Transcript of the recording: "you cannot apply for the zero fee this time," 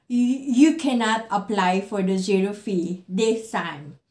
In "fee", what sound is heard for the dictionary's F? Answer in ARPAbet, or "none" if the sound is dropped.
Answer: F